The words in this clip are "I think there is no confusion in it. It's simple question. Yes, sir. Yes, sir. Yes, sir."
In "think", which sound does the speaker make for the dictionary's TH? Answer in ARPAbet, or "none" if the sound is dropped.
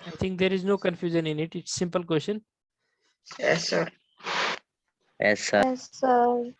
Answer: T